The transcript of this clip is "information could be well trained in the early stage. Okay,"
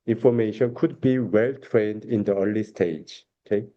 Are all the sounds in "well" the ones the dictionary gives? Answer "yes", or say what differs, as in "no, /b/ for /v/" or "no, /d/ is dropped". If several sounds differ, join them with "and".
yes